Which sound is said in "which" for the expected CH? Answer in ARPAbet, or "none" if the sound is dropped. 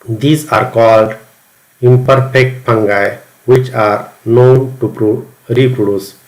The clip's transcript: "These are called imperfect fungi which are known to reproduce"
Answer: CH